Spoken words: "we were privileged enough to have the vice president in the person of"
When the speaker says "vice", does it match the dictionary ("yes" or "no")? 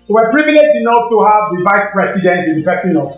yes